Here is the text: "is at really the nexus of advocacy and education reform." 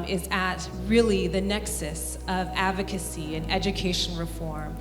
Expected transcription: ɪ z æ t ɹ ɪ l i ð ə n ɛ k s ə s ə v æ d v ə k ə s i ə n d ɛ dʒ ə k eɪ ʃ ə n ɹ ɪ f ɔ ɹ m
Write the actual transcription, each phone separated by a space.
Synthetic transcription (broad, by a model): ɪ z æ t ɹ ɪ l i ð ə n ɛ k s ə s ə v æ d v ə k ə s i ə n ɛ dʒ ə k eɪ ʃ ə n ɹ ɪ f ɔ ɹ m